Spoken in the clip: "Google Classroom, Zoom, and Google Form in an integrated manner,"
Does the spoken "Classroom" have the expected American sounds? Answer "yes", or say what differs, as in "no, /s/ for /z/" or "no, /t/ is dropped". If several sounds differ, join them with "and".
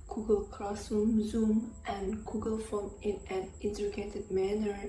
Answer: no, /ɹ/ is dropped